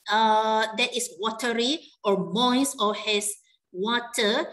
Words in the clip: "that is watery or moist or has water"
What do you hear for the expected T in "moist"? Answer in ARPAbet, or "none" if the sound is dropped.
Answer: none